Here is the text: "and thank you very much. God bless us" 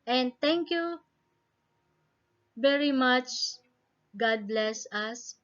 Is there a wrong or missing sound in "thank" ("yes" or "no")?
yes